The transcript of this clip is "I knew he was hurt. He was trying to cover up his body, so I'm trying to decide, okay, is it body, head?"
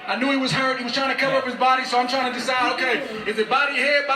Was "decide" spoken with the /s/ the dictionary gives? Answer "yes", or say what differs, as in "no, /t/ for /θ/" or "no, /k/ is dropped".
no, /s/ is dropped